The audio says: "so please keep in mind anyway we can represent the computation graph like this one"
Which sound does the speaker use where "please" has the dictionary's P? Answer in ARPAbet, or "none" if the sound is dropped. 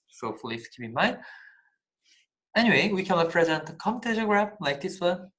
F